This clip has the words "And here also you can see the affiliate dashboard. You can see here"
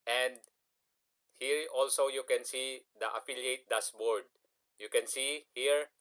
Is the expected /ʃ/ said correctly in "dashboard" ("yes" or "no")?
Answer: no